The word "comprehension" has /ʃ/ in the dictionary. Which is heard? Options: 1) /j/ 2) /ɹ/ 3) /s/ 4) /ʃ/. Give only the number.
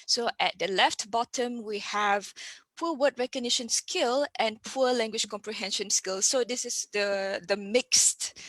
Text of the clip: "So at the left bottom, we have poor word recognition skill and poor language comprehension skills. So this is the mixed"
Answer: 4